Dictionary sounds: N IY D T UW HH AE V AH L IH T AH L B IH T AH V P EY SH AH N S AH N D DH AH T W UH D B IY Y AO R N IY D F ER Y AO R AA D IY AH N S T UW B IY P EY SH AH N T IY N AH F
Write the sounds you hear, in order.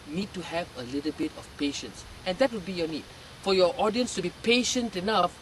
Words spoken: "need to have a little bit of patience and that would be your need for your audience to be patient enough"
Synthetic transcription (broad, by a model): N IY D T UW HH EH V AH L IH T AH L B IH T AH F P EY SH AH N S AH N D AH T W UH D B IY Y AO N IY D F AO Y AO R AA D IY AH N S T UW B IY P EY SH AH N T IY N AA F